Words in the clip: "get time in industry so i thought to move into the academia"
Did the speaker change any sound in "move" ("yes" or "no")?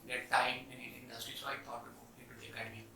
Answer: yes